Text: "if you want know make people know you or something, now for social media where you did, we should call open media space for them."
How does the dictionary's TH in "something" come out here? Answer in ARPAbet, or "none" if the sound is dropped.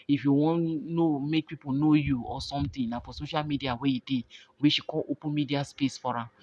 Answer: T